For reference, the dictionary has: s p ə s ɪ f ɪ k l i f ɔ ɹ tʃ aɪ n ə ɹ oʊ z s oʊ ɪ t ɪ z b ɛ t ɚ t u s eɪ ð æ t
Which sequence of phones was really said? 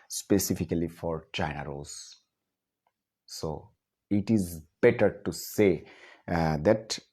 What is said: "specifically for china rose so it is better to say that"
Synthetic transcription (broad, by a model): s p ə s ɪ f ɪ k l i f ɔ ɹ tʃ aɪ n ə ɹ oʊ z s oʊ ɪ t ɪ z b ɛ t ɚ t u s eɪ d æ t